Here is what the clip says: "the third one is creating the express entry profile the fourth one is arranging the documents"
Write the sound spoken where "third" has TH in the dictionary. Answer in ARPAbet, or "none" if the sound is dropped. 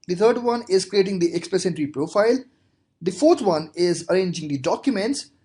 T